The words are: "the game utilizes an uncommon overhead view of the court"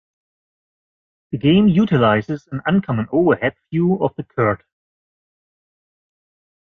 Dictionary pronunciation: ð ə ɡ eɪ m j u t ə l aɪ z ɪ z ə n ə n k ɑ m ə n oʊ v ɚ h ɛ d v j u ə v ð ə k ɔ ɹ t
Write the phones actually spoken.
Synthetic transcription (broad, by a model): ð ə ɡ eɪ m j u t ə l aɪ z ɪ z ə n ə n k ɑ m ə n oʊ v ɚ h ɛ d f j u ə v ð ə k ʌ ɹ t